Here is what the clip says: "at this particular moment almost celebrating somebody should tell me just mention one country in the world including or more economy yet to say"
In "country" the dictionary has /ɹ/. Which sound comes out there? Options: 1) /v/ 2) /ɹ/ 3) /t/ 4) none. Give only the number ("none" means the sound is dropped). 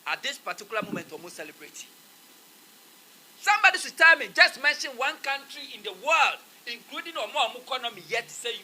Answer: 2